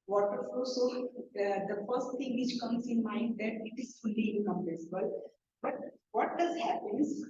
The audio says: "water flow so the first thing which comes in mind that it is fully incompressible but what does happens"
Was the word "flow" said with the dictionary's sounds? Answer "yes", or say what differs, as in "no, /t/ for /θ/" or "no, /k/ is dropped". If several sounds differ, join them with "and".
no, /l/ is dropped